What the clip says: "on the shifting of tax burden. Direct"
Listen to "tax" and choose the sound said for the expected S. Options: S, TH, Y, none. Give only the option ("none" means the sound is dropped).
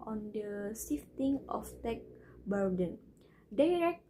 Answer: none